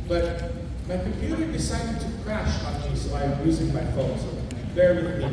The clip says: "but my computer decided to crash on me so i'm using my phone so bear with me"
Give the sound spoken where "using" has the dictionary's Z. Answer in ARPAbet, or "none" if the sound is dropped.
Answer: Z